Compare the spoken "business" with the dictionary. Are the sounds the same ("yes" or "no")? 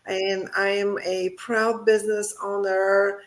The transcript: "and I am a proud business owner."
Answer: yes